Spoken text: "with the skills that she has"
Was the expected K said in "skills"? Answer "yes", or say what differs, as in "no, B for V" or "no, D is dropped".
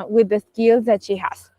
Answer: yes